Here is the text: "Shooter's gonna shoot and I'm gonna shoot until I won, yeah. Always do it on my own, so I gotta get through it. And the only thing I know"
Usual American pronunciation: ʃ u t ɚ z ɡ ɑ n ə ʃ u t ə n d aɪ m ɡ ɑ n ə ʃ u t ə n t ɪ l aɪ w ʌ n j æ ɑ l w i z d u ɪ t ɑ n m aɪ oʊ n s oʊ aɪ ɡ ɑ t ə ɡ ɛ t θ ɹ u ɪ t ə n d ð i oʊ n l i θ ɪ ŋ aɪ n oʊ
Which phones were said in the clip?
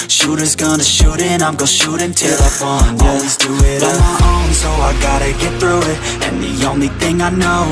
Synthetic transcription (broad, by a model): ʃ u t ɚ z ɡ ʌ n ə ʃ u t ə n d aɪ m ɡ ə ʃ u t ə n t ɪ l aɪ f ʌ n ɑ l w i z d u ɪ t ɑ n m aɪ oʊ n s oʊ aɪ ɡ ɑ t ə ɡ ɛ t θ ɹ u ɪ t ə n ð i oʊ n l i θ ɪ ŋ aɪ n oʊ